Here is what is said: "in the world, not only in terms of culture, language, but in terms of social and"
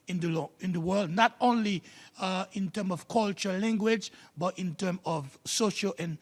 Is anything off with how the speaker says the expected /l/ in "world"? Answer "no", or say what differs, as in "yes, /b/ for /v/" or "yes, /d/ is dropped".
no